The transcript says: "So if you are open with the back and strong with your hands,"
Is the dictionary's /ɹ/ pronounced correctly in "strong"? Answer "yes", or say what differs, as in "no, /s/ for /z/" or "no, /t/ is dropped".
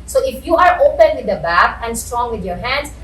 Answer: yes